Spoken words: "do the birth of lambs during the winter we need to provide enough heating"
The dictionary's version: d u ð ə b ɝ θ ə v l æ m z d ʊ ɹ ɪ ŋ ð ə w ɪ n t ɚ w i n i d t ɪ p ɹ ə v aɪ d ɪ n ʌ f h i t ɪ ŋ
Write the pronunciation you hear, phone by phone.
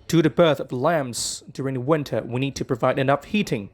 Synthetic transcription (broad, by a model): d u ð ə b ɝ θ ə v l æ m z d ʊ ɹ ɪ ŋ ð ə w ɪ n t ɚ w i n i d t ɪ p ɹ ə v aɪ d ɪ n ʌ f h i t ɪ ŋ